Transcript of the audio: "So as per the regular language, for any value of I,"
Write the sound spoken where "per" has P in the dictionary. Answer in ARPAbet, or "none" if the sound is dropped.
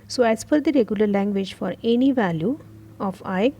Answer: F